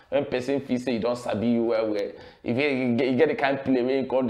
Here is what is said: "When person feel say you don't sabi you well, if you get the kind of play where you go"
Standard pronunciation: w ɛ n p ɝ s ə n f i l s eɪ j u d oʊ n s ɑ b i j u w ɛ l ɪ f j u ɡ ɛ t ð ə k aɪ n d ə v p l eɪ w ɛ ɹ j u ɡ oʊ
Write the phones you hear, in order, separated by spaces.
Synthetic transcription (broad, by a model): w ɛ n p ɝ s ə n f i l s eɪ j u d oʊ n s ɑ b i j u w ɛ w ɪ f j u ɡ ɛ t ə k aɪ n d p l eɪ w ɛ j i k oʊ